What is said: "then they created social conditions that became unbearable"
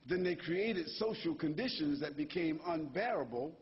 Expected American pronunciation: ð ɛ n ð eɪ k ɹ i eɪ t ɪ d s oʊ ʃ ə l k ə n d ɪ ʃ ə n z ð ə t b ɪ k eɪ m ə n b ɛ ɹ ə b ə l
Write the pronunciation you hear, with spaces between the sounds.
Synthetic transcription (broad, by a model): ð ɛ n ð eɪ k ɹ i eɪ t ɪ d s oʊ ʃ l k ə n d ɪ ʃ ə n z ð ə t b ɪ k eɪ m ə n b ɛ ɹ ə b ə l